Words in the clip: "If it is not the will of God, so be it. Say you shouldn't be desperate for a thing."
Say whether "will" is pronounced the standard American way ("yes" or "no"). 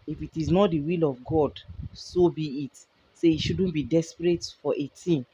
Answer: yes